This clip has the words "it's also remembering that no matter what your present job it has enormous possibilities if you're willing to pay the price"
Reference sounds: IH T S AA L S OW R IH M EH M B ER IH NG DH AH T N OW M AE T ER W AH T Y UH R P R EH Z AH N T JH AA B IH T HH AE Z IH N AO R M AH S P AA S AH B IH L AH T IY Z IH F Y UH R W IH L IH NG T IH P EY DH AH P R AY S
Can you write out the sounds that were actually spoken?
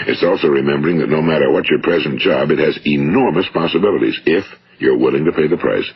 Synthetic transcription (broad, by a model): IH T S AA L S OW R IH M EH M B ER IH NG DH AH T N OW M AE T ER W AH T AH R P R EH Z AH N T JH AA B IH T HH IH Z IH N AO R M AH S P AA S AH B IH L AH T IY Z IH F Y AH R W IH L IH NG T IH P EY DH AH P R AY S